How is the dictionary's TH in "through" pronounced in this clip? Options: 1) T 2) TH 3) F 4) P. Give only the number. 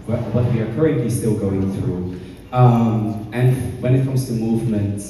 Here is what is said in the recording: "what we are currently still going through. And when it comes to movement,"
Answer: 2